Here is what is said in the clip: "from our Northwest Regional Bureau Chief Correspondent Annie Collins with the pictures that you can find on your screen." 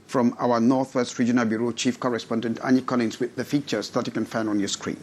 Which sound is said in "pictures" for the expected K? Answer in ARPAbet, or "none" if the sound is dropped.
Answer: none